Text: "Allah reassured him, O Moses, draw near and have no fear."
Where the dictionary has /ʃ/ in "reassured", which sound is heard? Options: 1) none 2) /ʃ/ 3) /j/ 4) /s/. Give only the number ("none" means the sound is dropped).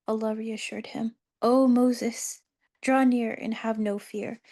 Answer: 2